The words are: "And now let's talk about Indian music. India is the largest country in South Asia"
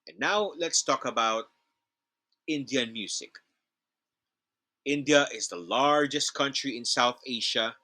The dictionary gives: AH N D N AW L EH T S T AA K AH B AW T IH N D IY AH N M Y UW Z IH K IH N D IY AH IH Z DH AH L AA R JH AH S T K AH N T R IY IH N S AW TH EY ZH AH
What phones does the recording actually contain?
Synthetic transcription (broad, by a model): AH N N AW L EH T S T AA K AH B AW T IH N D IY AH N M Y UW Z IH K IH N D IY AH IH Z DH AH L AA R JH AH S T K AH N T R IY IH N S AW TH EY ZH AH